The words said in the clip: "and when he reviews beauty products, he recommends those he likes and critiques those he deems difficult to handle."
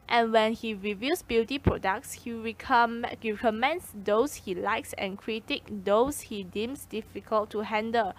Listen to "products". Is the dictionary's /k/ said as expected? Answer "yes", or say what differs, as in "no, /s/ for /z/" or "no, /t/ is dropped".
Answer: yes